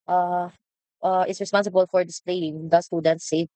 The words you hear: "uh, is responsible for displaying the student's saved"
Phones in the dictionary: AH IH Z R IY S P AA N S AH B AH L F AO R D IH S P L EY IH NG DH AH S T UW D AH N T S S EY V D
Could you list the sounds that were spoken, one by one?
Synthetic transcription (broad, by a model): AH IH S R IY S P AA N S AH B AH L F AO R D IH S P L EY IH NG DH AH S T UW D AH N T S S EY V